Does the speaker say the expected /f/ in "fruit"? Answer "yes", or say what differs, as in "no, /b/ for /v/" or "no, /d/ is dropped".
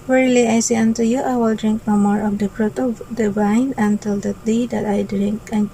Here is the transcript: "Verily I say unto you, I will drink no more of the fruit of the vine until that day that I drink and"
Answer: no, /p/ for /f/